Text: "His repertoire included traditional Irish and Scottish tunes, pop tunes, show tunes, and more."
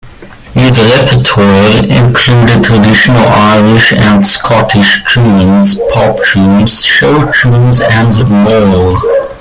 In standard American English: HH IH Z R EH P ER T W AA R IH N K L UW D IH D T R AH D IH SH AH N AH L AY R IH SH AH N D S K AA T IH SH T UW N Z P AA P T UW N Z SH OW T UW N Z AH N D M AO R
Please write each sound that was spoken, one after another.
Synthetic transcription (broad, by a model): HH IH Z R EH P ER T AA R IH N K L UW D IH D T R AH D IH SH AH N AH L AY R IH SH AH N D S K AA T IH SH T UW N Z P AA P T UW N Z SH OW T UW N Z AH N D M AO L